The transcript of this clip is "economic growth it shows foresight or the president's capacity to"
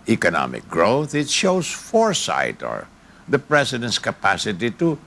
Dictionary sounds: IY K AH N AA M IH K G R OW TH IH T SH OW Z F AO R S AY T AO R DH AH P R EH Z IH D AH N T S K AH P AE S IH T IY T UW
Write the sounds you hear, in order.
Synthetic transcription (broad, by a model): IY K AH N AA M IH K G R OW TH IH T SH OW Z F AO R S AY T AO R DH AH P R EH S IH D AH N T S K AH P AE S IH T IY T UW